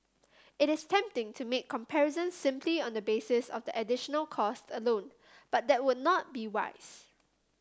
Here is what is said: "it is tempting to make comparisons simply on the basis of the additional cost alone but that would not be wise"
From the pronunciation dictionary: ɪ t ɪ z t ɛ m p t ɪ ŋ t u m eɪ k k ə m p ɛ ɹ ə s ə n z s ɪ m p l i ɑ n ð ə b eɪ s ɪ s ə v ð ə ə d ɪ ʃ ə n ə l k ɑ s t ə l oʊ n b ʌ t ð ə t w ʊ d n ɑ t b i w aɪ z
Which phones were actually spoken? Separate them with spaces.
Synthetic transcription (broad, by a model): ɪ t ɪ s t ɛ m p t ɪ ŋ t u m eɪ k k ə m p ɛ ɹ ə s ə n s ɪ m p l i ɑ n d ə b eɪ s ɪ s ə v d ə ə d ɪ ʃ ə n ə l k ɑ s t ə l oʊ n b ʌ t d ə t w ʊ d n ɑ t b i w aɪ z